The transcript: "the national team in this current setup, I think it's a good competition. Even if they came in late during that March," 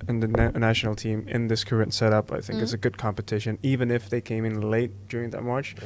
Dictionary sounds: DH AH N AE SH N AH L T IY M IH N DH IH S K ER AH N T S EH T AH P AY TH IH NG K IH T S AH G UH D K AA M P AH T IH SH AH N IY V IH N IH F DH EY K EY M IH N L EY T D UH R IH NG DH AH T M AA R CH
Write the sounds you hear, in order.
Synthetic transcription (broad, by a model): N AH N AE SH N L T IY M IH N DH IH S K ER AH N T S EH T AH P AY TH IH NG K IH T S AH G UH D K AA M P AH T IH SH AH N IY V IH N IH F DH EY K EY M IH N L EY T D UH R IH NG DH AH T M AA R CH